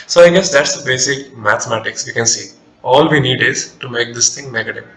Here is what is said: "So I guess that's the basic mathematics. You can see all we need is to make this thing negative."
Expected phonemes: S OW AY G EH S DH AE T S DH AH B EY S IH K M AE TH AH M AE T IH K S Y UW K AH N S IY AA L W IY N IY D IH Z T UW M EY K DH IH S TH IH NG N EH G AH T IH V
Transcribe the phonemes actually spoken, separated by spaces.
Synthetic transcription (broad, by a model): S OW AY G EH S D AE T S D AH B EY S IH K M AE T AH M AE T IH K S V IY K AH N S IY AA L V IY N IY D IH Z T UW M EY K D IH S T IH NG N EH G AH T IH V